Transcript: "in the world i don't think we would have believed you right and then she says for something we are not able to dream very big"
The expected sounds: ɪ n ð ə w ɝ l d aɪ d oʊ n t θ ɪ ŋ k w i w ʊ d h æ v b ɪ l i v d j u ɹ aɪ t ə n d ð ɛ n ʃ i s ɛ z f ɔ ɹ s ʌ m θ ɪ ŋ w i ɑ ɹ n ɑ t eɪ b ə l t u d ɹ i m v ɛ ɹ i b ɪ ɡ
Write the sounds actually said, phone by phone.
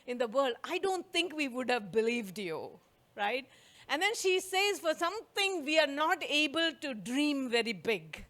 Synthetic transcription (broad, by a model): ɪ n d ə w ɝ l d aɪ d oʊ n t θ ɪ ŋ k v i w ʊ d h æ v b ɪ l i v d j u ɹ aɪ t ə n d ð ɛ n ʃ i s ɛ z f ɔ ɹ s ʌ m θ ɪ ŋ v i ɑ ɹ n ɑ t eɪ b ə l t u d ɹ i m v ɛ ɹ i b ɪ ɡ